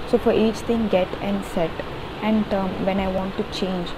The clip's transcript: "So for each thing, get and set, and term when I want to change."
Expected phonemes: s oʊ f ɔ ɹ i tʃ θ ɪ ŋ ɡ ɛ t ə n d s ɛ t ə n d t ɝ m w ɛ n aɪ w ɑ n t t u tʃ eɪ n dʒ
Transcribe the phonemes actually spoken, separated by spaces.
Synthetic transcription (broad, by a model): s oʊ f ɔ ɹ i tʃ t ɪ ŋ ɡ ɛ t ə n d s ɛ t ə n d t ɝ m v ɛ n aɪ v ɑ n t t u tʃ eɪ n dʒ